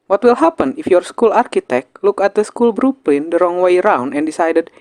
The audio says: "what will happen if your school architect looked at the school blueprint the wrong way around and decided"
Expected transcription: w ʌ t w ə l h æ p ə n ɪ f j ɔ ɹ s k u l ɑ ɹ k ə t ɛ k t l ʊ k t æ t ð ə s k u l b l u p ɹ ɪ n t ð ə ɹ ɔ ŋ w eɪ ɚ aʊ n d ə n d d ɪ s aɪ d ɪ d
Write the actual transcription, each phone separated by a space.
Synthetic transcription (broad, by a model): w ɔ t w ə l h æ p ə n ɪ f j ɔ ɹ s k u l ɑ ɹ k ə t ɛ k t l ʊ k æ t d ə s k u l b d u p l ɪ n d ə ɹ ɔ ŋ w eɪ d aʊ n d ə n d d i s aɪ d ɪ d